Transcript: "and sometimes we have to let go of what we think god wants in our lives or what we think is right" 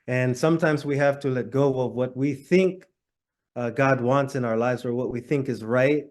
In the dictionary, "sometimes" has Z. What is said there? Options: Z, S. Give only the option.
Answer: Z